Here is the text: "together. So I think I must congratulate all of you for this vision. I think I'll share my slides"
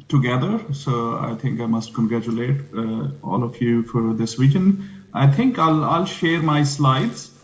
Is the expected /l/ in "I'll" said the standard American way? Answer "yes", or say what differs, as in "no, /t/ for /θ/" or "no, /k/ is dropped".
yes